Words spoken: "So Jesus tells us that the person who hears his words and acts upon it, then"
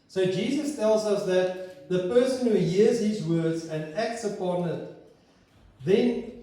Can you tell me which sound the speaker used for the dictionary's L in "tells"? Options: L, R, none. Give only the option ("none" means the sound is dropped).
L